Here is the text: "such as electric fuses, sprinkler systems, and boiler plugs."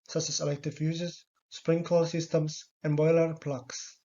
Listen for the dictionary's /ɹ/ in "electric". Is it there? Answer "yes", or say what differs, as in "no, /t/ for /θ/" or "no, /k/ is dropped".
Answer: no, /ɹ/ is dropped